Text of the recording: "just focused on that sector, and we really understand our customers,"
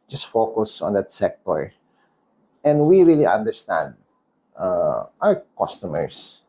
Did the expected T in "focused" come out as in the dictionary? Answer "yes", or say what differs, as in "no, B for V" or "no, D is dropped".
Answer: no, T is dropped